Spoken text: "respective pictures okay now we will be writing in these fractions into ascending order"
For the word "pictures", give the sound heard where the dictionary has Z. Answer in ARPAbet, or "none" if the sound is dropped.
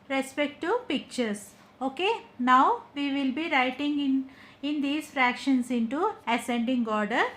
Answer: S